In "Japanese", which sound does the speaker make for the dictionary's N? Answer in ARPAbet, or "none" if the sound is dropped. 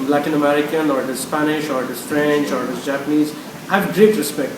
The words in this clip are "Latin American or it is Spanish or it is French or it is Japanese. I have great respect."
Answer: N